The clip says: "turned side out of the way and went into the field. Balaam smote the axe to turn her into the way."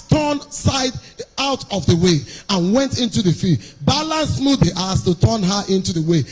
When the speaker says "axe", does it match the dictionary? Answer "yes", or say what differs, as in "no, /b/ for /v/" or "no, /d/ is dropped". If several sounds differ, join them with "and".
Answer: no, /k/ is dropped